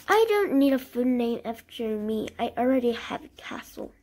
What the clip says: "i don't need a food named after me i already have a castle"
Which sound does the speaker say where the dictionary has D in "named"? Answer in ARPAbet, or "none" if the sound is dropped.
none